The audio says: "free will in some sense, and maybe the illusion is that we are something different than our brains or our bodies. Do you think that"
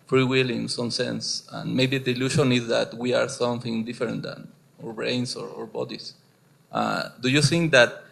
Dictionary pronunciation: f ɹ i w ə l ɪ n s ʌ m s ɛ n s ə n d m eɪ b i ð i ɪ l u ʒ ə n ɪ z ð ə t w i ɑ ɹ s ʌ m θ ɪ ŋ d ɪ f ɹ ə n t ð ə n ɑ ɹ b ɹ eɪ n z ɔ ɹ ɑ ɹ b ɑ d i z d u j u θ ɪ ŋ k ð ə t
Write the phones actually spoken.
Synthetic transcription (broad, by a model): f ɹ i w ə l ɪ n s ʌ m s ɛ n s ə n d m eɪ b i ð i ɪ l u ʃ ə n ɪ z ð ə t w i ɑ ɹ s ʌ m θ ɪ ŋ d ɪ f ɹ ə n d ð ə n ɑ ɹ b ɹ eɪ n s ɔ ɹ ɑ ɹ b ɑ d i s d u j u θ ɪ ŋ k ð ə t